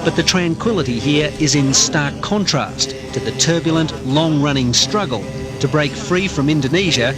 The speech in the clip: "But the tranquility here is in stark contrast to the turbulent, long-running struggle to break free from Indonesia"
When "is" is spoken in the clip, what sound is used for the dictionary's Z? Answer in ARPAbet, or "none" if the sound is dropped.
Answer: Z